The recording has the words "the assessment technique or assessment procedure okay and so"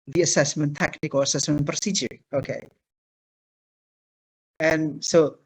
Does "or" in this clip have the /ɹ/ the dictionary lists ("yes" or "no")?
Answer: no